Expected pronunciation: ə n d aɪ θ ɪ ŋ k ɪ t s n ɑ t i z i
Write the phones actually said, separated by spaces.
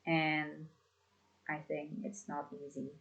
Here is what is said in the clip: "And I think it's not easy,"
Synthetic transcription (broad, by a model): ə n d aɪ θ ɪ ŋ k ɪ t s n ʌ t i z i